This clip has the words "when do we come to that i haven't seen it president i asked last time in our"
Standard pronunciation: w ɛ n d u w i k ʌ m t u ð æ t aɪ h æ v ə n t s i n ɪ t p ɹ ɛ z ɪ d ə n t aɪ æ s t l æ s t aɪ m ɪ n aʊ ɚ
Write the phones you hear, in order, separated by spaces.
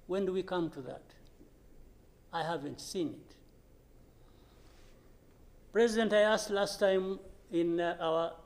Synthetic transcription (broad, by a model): w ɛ n d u w i k ʌ m t u ð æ t aɪ h æ v ə n t s i n ɪ t p ɹ ɛ z ɪ d ə n t aɪ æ s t l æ s t aɪ m ɪ n aʊ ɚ